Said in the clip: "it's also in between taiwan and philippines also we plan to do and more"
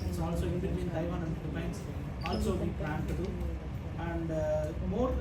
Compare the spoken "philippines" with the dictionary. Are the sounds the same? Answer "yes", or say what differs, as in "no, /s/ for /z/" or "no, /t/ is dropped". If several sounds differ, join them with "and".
no, /p/ is dropped and /s/ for /z/